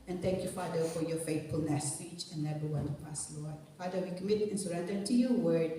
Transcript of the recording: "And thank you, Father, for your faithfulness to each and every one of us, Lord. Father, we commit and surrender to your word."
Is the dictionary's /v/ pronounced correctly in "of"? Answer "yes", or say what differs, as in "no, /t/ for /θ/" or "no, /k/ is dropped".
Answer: no, /p/ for /v/